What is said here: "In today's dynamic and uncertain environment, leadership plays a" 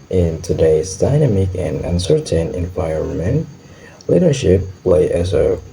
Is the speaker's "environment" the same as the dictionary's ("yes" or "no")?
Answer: no